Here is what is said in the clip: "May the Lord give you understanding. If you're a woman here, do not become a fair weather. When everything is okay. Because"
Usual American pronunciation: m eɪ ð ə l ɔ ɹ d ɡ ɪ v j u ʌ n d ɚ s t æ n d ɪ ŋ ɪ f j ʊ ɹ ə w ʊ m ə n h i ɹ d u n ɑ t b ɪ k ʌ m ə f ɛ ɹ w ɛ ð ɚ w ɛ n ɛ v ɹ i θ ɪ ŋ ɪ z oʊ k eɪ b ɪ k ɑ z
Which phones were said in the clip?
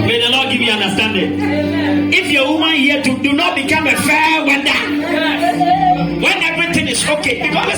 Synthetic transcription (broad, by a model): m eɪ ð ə l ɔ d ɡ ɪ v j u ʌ n d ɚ s t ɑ n d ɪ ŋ ɪ f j ə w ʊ m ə n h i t d u n ɑ t b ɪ k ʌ m ə f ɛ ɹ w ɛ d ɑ w ɛ n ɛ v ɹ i f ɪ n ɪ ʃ oʊ k eɪ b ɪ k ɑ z